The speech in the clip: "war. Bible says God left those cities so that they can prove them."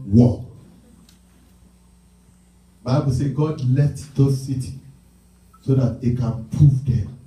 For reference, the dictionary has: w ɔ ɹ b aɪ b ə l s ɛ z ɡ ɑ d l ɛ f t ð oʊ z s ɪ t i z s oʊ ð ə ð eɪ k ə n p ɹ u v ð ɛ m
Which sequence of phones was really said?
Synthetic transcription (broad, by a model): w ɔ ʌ b aɪ b ə l s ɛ ɡ ɑ d l ɛ f t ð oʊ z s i t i s oʊ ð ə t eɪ k ə n p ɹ u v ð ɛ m